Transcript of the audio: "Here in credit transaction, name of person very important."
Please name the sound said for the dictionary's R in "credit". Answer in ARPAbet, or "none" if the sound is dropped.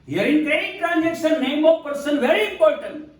none